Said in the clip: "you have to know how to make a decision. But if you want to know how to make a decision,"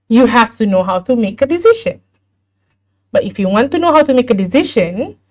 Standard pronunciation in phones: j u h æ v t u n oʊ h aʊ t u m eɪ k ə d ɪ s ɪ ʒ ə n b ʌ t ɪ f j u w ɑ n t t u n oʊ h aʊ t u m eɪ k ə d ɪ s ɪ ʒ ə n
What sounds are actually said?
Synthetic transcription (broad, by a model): j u h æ f t u n oʊ h aʊ t u m eɪ k ə d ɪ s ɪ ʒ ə n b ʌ t ɪ f j u w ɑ n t t u n oʊ h aʊ t u m eɪ k ə d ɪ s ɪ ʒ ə n